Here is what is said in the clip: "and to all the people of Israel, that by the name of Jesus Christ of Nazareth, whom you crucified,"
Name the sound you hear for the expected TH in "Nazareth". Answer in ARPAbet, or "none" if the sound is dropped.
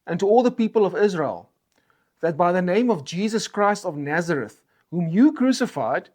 TH